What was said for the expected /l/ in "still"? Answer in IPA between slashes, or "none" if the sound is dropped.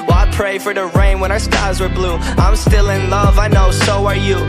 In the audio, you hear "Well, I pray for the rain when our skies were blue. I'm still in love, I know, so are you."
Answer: /l/